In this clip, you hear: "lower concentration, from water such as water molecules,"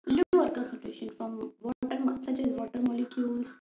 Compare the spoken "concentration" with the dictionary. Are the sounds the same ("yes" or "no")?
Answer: no